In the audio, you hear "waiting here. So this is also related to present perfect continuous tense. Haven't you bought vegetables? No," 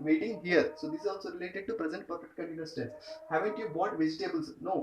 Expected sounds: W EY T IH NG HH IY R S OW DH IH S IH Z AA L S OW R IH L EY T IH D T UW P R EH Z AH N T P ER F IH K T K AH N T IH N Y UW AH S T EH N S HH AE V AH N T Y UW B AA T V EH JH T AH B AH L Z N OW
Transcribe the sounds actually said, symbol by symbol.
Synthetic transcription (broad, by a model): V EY T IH NG HH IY R S OW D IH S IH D AA L S OW R IH L EY T IH D T UW P R EH Z AH N T P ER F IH K T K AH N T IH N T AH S T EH S HH AE V AH N T Y UW B AA T V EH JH T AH B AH L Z N OW